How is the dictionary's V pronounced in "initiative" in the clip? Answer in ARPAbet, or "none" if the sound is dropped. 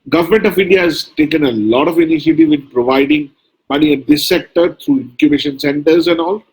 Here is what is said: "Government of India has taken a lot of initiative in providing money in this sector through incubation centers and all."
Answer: V